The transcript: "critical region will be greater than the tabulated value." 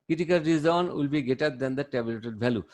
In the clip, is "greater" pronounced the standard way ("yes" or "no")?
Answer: no